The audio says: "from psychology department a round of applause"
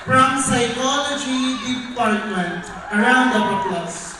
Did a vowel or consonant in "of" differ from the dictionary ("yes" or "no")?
yes